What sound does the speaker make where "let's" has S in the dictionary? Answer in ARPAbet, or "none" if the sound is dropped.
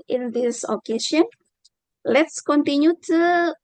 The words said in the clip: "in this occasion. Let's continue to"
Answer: S